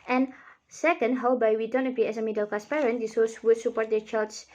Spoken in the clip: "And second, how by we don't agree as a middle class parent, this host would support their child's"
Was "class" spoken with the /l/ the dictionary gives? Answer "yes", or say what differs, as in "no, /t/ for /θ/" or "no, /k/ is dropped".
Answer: no, /l/ is dropped